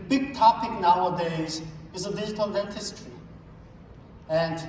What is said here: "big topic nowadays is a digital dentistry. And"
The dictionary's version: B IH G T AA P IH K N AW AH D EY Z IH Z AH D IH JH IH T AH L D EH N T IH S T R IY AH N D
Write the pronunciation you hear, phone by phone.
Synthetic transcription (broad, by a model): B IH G T AA P IH K N AW AH D EY Z IH Z AH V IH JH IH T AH L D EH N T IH S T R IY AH N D